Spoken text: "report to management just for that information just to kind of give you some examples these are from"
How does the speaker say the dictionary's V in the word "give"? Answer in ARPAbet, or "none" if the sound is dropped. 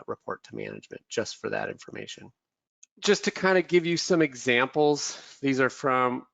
V